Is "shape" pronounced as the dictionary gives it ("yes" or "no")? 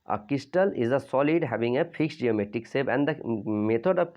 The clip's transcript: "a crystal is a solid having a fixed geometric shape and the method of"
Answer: no